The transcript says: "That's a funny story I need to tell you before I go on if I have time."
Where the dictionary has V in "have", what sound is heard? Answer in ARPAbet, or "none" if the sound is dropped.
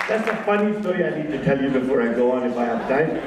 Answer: P